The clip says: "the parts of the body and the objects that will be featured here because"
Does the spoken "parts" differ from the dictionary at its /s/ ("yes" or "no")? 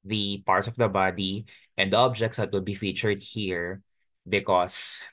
no